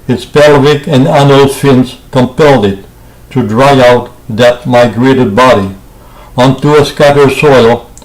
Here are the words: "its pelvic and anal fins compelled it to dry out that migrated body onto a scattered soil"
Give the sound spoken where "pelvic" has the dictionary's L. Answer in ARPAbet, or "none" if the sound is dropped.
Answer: L